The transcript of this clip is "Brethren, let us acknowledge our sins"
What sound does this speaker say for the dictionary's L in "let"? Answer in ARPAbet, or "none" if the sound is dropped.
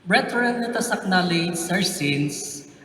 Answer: N